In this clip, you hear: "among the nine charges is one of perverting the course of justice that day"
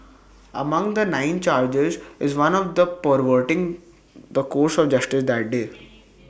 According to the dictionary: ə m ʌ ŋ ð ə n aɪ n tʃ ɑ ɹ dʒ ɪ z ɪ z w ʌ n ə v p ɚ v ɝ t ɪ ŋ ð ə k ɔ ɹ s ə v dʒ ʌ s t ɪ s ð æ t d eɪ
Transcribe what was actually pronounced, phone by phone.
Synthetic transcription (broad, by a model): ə m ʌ ŋ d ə n aɪ n tʃ ɑ ɹ dʒ ɪ z ɪ z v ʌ n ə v p ɚ v ɝ t ɪ ŋ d ə k ɔ ɹ s ə v dʒ ʌ s t ɪ s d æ t d eɪ